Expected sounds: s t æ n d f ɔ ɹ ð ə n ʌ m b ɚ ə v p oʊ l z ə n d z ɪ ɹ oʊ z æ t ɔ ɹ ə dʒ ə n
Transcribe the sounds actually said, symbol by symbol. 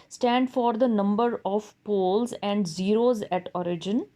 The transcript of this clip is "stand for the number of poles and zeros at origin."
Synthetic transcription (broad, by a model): s t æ n d f ɔ ɹ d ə n ʌ m b ɚ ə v p oʊ l z ə n d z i ɹ oʊ z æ t ɔ ɹ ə dʒ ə n